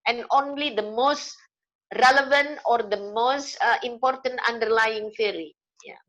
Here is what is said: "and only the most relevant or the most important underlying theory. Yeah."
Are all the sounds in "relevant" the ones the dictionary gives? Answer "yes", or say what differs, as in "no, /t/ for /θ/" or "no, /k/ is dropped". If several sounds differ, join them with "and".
yes